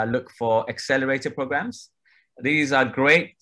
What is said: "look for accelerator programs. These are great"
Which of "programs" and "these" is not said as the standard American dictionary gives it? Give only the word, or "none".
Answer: none